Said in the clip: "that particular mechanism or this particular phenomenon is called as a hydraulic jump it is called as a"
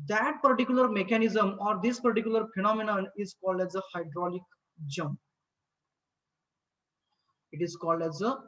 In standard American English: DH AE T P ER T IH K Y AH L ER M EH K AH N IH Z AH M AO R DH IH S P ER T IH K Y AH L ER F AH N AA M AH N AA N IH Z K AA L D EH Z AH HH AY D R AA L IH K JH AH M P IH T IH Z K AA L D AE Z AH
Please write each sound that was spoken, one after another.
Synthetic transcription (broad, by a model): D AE T P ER T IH K Y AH L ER M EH K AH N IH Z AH M AO R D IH S P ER T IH K Y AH L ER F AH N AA M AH N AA N IH Z K AA L D EH Z AH HH AY D R AA L IH K JH AH M P IH T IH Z K AA L D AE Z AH